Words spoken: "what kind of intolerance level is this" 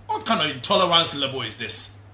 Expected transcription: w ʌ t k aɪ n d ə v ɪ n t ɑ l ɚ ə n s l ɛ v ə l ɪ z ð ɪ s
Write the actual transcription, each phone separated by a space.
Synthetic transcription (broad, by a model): w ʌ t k aɪ n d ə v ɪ n t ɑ l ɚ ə n s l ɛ b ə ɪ ɪ z ð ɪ s